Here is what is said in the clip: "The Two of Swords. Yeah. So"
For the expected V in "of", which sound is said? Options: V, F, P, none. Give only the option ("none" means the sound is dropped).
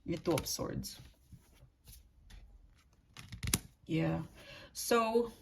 P